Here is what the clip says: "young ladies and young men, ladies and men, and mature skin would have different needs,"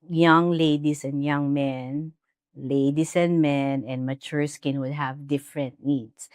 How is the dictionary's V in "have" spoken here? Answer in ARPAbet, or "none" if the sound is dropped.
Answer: V